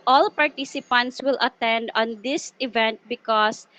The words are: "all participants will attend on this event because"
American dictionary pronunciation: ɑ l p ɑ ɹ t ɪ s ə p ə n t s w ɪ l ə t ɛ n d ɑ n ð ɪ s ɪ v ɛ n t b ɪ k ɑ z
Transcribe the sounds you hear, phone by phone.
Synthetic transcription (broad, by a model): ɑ l p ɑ ɹ t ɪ s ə p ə n t s w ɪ l ə t ɛ n d ɑ n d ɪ s ɪ v ɛ n t b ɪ k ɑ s